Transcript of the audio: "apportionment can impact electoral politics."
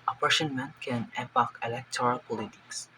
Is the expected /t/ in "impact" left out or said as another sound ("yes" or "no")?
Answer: yes